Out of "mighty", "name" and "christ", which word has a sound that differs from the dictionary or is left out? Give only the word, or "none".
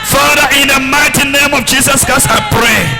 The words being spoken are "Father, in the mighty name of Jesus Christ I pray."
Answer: christ